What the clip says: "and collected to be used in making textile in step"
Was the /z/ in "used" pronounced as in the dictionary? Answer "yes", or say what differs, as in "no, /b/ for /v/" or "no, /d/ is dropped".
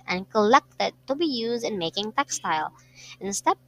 yes